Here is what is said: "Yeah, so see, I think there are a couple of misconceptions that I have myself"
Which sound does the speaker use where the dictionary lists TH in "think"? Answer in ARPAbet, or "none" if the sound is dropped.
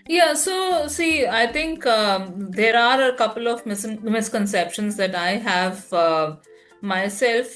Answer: T